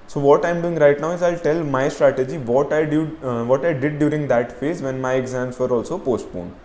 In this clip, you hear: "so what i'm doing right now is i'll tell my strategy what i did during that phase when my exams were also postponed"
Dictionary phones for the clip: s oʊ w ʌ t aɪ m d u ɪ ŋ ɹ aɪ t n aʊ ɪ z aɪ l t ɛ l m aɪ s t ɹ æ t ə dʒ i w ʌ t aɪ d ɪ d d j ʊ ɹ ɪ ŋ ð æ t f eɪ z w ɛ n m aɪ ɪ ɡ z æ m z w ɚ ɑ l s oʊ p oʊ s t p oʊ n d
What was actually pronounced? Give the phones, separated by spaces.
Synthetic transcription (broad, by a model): s oʊ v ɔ t aɪ m d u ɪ ŋ ɹ aɪ t n aʊ ɪ z aɪ l t ɛ l m aɪ s t ɹ æ t ə dʒ i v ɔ t aɪ d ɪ d d j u ɹ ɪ ŋ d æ t f eɪ z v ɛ n m aɪ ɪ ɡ z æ m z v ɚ ɑ l s oʊ p oʊ s t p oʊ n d